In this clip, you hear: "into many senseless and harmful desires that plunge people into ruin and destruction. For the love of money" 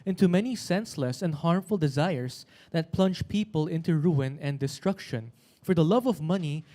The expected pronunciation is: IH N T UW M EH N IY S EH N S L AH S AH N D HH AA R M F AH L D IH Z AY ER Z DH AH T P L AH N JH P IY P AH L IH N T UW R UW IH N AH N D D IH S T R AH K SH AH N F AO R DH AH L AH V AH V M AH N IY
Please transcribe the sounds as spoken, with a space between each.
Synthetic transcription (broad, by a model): IH N T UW M EH N IY S EH N S L AH S AH N D HH AA R M F AH L D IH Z AY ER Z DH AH T P L AH N JH P IY P AH L IH N T UW R UW IH N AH N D D IH S T R AH K SH AH N F AO R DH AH L AH V AH V M AH N IY